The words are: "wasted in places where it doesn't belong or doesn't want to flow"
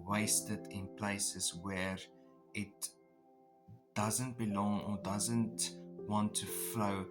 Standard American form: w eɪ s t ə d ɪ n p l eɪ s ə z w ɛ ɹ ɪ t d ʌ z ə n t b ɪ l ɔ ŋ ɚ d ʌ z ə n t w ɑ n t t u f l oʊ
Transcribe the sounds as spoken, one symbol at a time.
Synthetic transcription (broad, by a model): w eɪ s t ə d ɪ n p l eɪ s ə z w ɛ ɹ ɪ t d ʌ z ə n t b ɪ l ɔ ŋ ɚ d ʌ z ə n t w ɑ n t t u f l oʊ